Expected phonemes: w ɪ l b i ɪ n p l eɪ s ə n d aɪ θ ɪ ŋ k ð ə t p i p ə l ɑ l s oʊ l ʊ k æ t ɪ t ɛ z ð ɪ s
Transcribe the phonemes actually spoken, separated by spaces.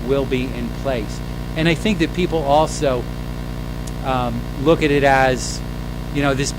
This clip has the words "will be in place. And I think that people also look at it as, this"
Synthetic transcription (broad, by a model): w ɪ l b i ɪ n p l eɪ s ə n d aɪ θ ɪ ŋ k ð ə t p i p l ɑ l s oʊ l ʊ k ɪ t ɪ t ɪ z ð ɪ s